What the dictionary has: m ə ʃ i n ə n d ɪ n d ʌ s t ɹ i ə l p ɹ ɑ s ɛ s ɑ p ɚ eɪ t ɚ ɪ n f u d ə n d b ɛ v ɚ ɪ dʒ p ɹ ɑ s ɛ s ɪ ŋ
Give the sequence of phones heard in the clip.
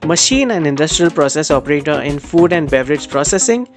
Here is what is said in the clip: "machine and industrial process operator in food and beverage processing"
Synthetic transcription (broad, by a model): m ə ʃ i n ə n d ɪ n d ʌ s t ɹ i ə l p ɹ ɑ s ɛ s ɑ p ɚ eɪ t ɚ ɪ n f u d ə n d b ɛ v ɚ ɪ dʒ p ɹ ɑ s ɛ s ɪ ŋ